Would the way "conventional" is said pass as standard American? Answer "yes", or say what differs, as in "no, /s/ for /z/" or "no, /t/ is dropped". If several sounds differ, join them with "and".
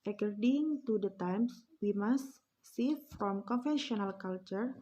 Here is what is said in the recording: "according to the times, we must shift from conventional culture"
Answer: no, /f/ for /v/